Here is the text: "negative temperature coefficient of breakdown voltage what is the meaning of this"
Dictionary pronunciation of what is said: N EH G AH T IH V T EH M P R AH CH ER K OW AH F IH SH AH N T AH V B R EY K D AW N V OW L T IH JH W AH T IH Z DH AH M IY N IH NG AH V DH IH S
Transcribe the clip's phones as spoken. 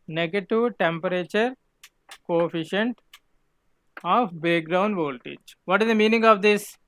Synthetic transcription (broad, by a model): N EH G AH T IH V T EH M P R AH CH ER K OW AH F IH SH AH N T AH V B EY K D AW N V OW L T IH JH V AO T IH Z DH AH M IY N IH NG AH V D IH S